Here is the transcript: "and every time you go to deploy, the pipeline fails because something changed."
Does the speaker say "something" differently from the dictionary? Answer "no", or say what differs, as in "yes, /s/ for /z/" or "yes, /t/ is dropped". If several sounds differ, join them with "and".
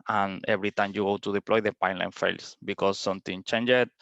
yes, /t/ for /θ/